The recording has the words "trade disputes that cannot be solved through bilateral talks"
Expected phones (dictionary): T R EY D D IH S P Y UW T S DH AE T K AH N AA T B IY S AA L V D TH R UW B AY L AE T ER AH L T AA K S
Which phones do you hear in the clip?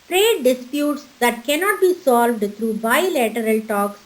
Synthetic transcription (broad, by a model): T R EY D D IH S P Y UW T S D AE T K AH N AA T B IY S AA L V D T R UW B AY L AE T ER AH L T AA K S